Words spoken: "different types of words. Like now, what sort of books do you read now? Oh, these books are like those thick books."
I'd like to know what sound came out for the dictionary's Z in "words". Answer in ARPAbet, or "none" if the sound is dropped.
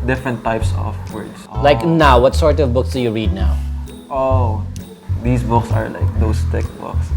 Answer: S